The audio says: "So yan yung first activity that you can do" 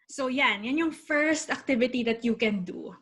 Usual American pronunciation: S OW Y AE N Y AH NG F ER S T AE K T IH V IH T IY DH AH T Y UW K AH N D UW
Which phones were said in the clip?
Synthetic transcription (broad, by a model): S OW Y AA N Y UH NG F ER S T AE K T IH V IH T IY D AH T Y UW K AH N D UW